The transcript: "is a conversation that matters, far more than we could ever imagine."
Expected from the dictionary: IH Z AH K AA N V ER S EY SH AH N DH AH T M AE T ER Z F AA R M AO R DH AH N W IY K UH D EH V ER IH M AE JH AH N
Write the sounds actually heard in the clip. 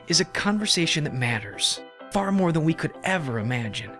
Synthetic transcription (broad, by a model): IH Z AH K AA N V ER S EY SH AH N DH AH T M AE T ER Z F AA R M AO R DH AH N W IY K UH D EH V ER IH M AE JH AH N